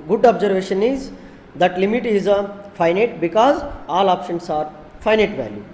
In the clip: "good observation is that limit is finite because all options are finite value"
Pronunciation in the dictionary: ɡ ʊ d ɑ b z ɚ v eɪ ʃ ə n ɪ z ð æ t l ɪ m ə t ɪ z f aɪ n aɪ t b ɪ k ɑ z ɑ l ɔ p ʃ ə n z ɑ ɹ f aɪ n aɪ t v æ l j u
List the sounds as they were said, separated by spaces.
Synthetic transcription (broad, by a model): ɡ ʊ d ɑ b z ɚ v eɪ ʃ ə n ɪ z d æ t l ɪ m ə t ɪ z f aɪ n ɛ t b ɪ k ɑ z ɑ l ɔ p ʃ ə n s ɑ ɹ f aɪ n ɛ t v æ l j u